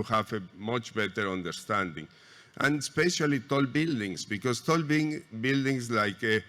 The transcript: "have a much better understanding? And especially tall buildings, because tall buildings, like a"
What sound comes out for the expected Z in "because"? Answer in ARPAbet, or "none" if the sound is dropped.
S